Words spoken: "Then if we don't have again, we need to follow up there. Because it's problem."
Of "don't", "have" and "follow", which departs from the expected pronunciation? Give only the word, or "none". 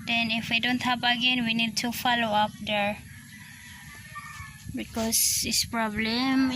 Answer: have